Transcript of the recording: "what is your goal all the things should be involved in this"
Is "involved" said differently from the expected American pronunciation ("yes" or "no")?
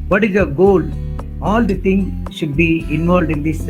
no